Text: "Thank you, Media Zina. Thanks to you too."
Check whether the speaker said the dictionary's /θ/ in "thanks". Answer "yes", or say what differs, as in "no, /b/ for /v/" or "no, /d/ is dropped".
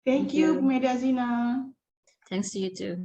no, /t/ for /θ/